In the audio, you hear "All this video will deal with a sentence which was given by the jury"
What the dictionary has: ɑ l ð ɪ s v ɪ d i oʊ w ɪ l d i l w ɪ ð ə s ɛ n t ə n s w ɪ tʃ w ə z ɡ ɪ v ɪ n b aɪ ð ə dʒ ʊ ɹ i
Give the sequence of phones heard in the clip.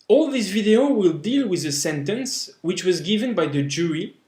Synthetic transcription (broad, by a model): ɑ l ð ɪ s v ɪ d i oʊ w ɪ l d i l w ɪ ð ə s ɛ n t ə n s w ɪ tʃ w ə z ɡ ɪ v ɪ n b aɪ ð ə dʒ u ɹ i